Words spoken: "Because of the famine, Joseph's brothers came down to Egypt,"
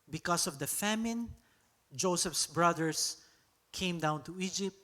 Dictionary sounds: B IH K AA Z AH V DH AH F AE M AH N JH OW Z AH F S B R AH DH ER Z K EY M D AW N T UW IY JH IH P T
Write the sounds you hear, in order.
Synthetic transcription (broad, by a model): B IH K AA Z AH V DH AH F AE M AH N JH OW S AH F S B R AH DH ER S K EY M D AW N T UW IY JH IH P T